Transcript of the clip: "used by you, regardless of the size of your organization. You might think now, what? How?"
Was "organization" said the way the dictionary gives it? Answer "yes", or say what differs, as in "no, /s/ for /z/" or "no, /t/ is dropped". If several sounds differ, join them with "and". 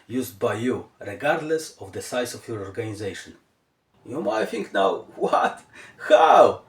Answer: yes